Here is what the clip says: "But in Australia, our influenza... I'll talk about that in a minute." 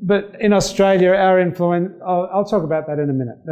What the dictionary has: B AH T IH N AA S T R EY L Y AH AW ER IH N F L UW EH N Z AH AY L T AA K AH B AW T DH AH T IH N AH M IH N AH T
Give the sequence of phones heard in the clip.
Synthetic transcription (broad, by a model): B AH T IH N AA S T R EY L Y AH AW ER IH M F L UW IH N S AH AY L T AA K AH B AW T DH AH T IH N AH M IH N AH T